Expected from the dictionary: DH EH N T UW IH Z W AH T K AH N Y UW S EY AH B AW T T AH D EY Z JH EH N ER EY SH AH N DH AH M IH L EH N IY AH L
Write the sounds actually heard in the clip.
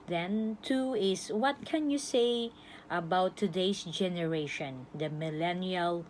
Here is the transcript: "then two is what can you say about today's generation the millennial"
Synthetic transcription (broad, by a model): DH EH N T UW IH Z W AH T K AH N Y UW S EY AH B AW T T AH D EY S JH EH N ER EY SH AH N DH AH M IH L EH N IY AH L